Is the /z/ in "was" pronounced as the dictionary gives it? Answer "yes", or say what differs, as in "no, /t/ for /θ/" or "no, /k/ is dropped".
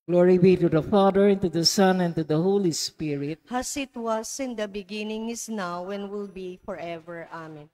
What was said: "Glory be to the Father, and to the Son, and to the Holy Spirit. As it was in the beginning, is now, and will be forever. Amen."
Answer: no, /s/ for /z/